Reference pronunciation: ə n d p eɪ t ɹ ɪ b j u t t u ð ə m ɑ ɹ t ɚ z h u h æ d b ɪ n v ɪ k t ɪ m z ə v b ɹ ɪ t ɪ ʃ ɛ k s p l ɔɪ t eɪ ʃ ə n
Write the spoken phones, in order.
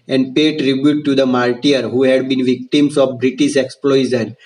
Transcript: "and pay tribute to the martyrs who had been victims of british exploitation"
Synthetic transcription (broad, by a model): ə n d p eɪ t ɹ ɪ b j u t t u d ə m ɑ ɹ t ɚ h u h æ d b ɪ n v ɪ k t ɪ m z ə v b ɹ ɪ t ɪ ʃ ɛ k s p l ɔɪ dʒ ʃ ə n